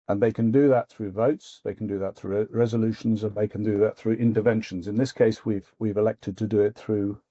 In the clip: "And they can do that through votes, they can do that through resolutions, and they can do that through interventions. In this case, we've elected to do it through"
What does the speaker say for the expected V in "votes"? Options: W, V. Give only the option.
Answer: V